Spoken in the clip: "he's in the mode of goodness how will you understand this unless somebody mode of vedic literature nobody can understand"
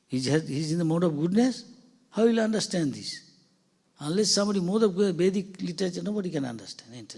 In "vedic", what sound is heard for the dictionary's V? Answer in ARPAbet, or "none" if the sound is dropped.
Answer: B